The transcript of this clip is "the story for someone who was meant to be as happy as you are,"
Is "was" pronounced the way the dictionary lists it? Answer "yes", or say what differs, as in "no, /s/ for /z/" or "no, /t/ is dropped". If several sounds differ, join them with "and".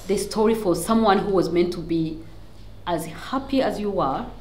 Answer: yes